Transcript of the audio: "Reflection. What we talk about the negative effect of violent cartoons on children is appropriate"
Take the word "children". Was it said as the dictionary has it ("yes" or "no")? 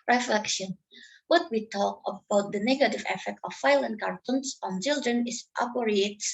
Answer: yes